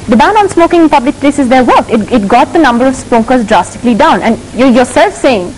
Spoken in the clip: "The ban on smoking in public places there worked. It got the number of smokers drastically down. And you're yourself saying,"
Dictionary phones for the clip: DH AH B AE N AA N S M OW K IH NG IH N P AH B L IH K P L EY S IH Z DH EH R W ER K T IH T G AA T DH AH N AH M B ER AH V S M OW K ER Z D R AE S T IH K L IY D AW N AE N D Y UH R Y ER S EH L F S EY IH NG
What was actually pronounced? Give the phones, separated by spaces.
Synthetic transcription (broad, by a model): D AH B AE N AA N S M OW K IH NG IH N P AH B L IH K P L EY S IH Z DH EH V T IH T IH T G AA T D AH N AH M B ER AH V S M OW K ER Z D R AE S T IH K L IY D AW N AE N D Y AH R Y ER S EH L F S EY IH NG